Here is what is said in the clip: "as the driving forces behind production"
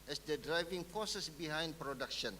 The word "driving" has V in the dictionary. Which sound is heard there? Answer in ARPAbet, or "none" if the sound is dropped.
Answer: V